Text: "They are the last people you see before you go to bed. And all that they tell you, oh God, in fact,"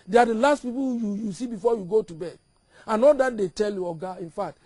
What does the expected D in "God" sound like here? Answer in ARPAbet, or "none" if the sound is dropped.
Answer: none